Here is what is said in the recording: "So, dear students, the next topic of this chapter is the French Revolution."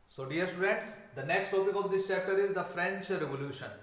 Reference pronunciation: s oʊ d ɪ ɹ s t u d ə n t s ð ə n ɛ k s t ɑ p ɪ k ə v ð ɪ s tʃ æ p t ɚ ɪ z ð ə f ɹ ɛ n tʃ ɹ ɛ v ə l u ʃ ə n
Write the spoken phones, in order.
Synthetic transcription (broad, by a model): s oʊ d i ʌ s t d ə t s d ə n ɛ k s t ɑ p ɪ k ə v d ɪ s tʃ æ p t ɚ ɪ z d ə f ɹ ɛ n tʃ ɹ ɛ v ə l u ʃ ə n